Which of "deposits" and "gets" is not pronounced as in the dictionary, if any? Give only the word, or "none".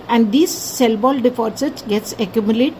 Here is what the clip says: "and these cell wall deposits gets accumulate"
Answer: deposits